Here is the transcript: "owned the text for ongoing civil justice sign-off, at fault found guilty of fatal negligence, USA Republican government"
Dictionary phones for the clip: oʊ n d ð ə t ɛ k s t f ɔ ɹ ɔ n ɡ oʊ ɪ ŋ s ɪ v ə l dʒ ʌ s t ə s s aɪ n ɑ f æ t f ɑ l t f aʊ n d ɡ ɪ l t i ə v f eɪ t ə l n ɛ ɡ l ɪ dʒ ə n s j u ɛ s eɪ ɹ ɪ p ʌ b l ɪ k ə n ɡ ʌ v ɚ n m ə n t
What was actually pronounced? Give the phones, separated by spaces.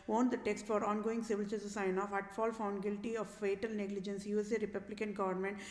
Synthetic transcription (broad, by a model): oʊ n d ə t ɛ k s t f ɔ ɹ ɔ n ɡ oʊ ɪ ŋ s ɪ v ə l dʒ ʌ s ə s s aɪ n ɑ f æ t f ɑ l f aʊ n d ɡ ɪ l t i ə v f eɪ t ə l n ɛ ɡ l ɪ dʒ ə n s j u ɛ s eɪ ɹ ɪ p ʌ b l ɪ k ə n ɡ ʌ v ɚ n m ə n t